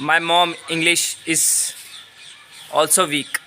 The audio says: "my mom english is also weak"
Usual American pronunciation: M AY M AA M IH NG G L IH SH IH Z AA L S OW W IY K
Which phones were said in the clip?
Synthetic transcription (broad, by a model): M AY M AA M IH NG G L IH SH IH Z AA L S OW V IY K